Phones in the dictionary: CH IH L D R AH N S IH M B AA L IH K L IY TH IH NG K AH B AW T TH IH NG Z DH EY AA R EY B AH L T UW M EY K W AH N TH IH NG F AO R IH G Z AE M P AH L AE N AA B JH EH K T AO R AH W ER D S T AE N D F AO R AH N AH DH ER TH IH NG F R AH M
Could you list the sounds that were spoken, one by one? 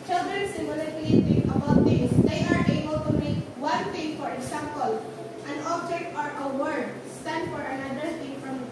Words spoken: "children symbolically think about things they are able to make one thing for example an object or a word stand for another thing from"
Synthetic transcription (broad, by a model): CH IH L D R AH N S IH M IH L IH L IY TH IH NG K AH B AW T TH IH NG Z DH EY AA R EY B AH L T UW M EY K W AH N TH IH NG F AO R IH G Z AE M P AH L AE N AA B JH EH K T AO R AH W ER D S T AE N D F AO R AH N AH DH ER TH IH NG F R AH M